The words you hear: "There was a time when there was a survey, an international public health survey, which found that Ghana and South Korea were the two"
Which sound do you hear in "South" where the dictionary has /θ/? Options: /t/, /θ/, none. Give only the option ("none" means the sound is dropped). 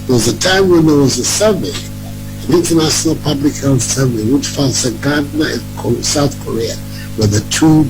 /θ/